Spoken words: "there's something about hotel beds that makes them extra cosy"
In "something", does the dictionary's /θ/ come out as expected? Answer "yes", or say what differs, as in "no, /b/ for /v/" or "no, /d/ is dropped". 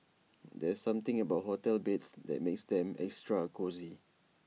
no, /t/ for /θ/